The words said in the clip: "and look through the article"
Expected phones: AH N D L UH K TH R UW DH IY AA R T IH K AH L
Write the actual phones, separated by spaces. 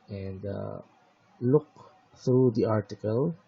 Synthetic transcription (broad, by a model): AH N D L UH K T R UW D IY AA R T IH K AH L